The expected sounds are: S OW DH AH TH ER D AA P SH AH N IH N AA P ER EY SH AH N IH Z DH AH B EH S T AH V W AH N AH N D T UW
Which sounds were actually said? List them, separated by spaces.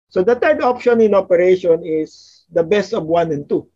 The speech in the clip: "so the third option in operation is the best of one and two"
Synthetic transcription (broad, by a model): S OW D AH T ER D AA P SH AH N IH N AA P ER EY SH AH N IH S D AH B EH S T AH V W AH N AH N T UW